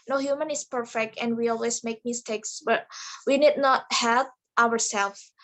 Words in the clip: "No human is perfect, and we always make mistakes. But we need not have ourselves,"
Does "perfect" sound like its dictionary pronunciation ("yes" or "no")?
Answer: yes